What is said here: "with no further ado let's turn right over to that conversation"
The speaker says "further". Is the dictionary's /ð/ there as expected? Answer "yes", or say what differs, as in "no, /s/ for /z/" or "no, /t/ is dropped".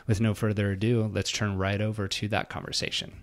yes